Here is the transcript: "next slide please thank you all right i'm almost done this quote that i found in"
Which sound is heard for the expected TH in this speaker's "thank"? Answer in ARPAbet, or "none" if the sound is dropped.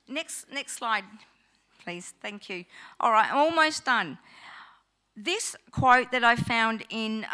TH